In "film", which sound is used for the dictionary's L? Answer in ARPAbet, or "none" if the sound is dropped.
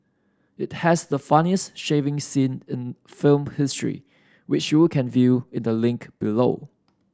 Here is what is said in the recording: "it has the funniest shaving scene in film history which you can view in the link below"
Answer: L